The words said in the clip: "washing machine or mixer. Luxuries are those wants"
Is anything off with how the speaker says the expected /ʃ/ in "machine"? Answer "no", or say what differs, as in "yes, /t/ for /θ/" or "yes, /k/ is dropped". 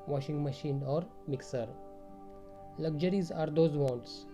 no